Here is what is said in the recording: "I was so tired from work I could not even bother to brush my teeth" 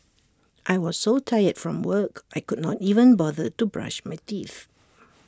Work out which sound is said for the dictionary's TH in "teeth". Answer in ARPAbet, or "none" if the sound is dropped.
TH